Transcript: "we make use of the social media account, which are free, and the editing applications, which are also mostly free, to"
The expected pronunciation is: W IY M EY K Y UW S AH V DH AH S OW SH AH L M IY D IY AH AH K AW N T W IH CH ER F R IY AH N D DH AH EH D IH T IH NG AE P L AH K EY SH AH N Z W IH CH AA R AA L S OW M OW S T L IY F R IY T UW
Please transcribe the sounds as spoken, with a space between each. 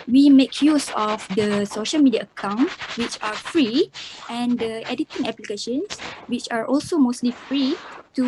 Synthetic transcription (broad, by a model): W IY M EY K Y UW S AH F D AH S OW SH AH L M IY D IY AH AH K AW N T W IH CH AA F R IY AH N D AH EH D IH T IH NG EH P L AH K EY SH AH N S W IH CH AA R AA L S OW M OW S T L IY F R IY T UW